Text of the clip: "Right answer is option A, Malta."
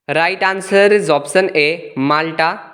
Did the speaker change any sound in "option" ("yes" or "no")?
yes